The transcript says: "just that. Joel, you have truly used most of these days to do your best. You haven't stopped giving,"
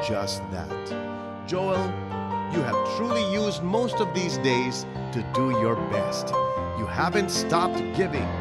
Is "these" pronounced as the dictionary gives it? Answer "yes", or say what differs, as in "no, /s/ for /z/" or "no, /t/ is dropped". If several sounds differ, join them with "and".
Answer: yes